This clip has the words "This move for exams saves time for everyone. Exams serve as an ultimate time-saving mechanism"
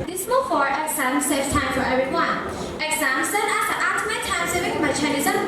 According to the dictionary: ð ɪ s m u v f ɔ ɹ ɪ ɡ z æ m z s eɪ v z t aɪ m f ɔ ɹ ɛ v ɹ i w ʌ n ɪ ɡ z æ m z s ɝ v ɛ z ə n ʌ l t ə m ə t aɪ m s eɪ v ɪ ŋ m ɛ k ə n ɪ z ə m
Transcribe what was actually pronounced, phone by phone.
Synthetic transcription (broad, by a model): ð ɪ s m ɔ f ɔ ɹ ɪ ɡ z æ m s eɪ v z t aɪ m f ɔ ɹ ɛ v ɹ i w ʌ n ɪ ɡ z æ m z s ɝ ɛ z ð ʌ t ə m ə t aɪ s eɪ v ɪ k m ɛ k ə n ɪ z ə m